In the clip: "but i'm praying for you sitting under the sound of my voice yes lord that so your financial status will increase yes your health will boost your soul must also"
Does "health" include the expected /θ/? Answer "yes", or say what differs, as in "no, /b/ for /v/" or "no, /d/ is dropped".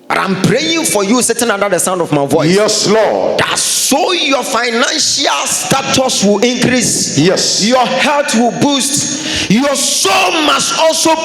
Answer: no, /t/ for /θ/